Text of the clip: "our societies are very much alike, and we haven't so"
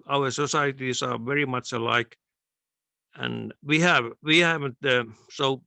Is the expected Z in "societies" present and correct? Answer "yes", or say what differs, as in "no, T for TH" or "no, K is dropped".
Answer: no, S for Z